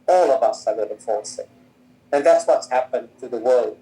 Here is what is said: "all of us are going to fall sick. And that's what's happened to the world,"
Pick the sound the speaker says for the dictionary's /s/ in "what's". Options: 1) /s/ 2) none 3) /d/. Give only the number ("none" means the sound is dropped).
1